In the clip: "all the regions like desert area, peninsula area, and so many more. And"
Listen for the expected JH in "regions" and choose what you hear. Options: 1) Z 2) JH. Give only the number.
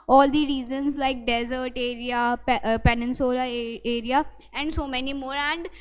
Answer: 1